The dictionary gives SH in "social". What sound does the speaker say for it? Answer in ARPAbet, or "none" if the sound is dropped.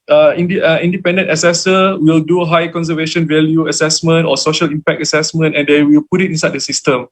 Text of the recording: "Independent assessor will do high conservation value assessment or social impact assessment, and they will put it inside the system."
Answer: SH